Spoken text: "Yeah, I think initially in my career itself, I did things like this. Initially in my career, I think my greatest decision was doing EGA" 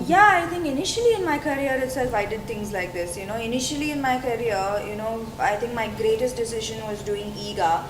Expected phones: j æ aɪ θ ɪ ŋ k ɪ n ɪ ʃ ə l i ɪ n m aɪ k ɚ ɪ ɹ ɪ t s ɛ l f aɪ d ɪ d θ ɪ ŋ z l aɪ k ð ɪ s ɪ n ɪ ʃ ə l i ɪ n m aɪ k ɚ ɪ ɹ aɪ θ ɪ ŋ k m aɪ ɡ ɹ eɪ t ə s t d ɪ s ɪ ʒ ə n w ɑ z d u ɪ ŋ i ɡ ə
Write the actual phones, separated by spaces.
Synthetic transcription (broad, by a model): j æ aɪ t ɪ ŋ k ɪ n ɪ ʃ ə l i ɪ n m aɪ k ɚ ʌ ɹ ɪ t s ɛ l f aɪ d ɪ d t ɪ ŋ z l aɪ k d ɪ s ɪ n ɪ ʃ ə l i ɪ n m aɪ k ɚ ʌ ɹ aɪ t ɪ ŋ k m aɪ ɡ ɹ eɪ t ə s t d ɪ s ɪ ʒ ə n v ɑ z d u ɪ ŋ i ɡ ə